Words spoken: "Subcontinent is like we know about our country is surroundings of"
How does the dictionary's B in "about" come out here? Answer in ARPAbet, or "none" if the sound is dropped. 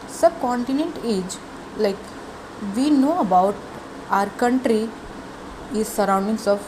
B